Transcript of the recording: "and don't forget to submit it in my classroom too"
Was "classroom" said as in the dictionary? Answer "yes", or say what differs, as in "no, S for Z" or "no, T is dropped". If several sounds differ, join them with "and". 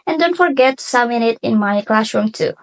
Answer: yes